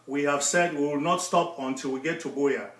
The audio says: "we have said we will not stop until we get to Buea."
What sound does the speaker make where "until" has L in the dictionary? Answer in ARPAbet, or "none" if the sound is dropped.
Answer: L